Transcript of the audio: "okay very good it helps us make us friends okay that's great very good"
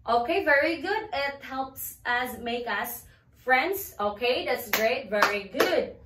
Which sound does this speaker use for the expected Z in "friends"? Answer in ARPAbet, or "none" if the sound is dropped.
S